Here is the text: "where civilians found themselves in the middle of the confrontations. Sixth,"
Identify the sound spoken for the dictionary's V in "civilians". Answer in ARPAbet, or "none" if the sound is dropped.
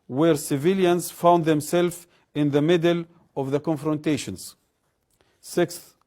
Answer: V